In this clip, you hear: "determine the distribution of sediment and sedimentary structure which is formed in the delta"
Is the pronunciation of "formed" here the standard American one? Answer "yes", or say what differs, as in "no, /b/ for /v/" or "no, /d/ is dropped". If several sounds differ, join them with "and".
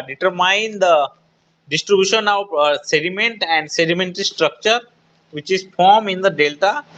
no, /d/ is dropped